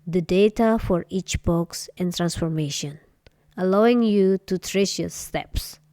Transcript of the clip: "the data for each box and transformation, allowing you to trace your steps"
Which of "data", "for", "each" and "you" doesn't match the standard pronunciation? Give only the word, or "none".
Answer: none